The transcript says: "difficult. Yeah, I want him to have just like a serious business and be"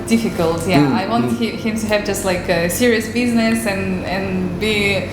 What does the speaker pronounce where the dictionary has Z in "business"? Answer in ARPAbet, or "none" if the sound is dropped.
Z